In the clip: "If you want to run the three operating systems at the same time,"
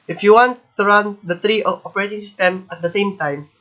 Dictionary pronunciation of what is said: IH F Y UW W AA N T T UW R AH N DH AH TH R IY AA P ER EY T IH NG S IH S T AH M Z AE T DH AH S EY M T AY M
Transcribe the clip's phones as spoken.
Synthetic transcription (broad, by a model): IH F Y UW W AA N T T UW R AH N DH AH T R IY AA P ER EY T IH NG S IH S T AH M AE T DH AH S EY M T AY M